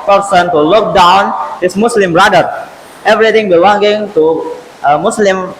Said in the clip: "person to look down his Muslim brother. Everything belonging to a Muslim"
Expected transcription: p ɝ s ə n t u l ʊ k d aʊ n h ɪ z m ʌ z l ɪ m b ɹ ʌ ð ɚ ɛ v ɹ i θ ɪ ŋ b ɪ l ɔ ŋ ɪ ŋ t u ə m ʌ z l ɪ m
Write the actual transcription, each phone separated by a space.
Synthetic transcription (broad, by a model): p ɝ s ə n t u l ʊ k d aʊ n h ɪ s m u s l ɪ m b ɹ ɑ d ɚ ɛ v ɹ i t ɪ ŋ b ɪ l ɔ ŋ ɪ ŋ t u ə m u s l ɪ m